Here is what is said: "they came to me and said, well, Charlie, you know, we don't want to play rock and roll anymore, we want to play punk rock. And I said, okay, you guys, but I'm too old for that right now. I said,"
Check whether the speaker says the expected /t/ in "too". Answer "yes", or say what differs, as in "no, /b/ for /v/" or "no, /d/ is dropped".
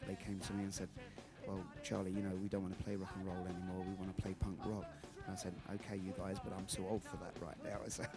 no, /s/ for /t/